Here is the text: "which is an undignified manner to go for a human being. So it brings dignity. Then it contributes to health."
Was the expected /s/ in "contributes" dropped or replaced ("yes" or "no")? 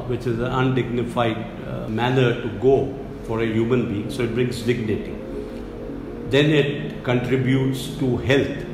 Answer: no